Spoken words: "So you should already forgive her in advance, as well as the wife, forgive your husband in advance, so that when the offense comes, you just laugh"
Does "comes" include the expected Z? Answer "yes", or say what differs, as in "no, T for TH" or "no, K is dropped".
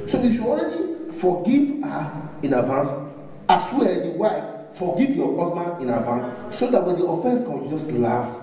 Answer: no, Z is dropped